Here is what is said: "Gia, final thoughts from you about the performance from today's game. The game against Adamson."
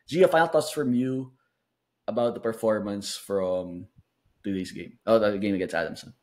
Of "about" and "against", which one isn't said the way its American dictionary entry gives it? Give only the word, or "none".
against